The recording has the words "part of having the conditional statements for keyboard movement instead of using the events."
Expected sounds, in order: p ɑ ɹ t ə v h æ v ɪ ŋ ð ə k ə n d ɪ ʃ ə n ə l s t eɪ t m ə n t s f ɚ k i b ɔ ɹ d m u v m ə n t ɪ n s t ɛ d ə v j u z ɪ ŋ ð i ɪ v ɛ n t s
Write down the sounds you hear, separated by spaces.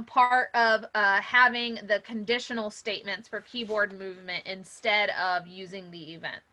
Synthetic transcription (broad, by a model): p ɑ ɹ t ə v h æ v ɪ ŋ ð ə k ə n d ɪ ʃ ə n l s t eɪ t m ə n t s f ɚ k i b ɔ ɹ d m u v m ə n t ɪ n s t ɛ d ə v j u z ɪ ŋ ð i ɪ v ɛ n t